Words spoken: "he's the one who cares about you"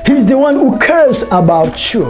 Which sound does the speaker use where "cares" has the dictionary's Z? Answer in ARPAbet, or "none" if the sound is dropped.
S